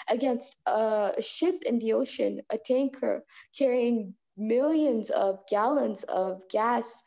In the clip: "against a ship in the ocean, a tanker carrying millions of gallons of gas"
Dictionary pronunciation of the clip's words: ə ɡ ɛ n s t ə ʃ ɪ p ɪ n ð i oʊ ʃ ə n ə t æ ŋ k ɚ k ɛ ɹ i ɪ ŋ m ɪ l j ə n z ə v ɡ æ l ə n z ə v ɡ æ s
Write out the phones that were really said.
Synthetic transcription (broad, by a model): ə ɡ ɛ n s t ə ʃ ɪ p ɪ n ð i oʊ ʃ ə n ə t æ ŋ k ɚ k ɛ ɹ i ɪ ŋ m ɪ l j ə n z ə v ɡ æ l ə n z ə v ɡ æ s